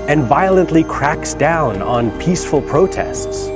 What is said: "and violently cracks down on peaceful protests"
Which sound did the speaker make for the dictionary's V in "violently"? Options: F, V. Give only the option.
V